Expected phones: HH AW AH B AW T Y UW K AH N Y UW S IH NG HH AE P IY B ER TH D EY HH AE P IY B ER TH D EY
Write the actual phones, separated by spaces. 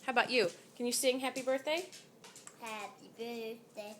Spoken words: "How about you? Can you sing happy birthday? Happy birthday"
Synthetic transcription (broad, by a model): HH AW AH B AW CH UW K AH N Y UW S IH NG HH AE P IY B ER TH D EY HH AE P IY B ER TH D EY